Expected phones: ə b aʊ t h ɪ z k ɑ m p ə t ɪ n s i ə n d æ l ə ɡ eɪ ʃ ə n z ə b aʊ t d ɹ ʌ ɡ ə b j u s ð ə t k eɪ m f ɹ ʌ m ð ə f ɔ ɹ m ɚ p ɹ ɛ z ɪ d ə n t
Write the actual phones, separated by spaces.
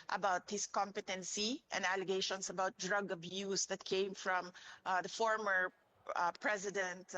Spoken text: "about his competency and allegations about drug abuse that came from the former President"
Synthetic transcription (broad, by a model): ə b aʊ t h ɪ s k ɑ m p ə t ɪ n s i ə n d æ l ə ɡ eɪ ʃ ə n s ə b aʊ t d ɹ ʌ ɡ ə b j u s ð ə t k eɪ m f ɹ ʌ m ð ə f ɔ ɹ m ɚ p ɹ ɛ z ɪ d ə n t